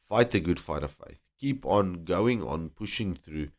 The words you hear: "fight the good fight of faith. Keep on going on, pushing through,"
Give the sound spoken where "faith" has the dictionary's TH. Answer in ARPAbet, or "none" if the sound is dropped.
TH